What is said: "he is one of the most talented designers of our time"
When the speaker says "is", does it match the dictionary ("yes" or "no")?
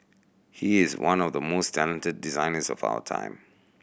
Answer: yes